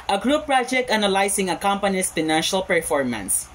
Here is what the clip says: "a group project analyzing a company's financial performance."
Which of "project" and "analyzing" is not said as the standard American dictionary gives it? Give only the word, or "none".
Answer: analyzing